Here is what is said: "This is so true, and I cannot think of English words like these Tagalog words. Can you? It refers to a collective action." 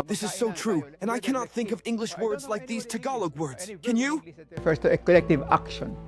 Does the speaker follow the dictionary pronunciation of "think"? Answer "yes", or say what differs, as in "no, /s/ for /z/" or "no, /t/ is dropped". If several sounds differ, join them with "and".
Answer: yes